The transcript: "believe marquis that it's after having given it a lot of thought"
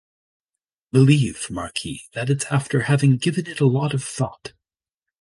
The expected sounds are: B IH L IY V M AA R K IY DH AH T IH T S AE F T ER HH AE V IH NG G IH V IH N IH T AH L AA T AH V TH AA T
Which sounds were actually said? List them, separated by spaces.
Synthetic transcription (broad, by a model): B IH L IY V M AA R K IY DH AH T IH T S AE F T ER HH AE V IH NG G IH V IH N IH T AH L AA T AH V TH AA T